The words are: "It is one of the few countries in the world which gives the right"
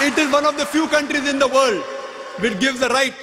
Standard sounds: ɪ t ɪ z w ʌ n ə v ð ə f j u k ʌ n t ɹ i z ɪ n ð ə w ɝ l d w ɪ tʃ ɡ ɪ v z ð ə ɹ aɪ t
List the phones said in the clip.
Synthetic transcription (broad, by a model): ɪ t ɪ z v ʌ n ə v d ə f j u k ʌ n t ɹ i z ɪ n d ə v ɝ l d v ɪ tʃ ɡ ɪ v z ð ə ɹ aɪ t